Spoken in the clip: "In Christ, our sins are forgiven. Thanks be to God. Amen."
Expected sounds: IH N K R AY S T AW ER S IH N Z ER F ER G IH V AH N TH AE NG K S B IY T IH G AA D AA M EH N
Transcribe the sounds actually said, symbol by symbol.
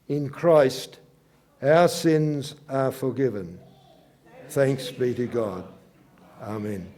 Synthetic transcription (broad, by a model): IH N K R AY S T AW ER S IH N Z ER F ER G IH V AH N TH AE NG K S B IY T IH G AA D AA M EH N